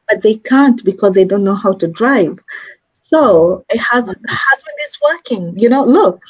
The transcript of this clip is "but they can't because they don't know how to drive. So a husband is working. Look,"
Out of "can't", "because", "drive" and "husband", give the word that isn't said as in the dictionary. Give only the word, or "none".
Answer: none